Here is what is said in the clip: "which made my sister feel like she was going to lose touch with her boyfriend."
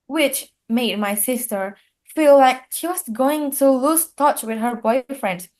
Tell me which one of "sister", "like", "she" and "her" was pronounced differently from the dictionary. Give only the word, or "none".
none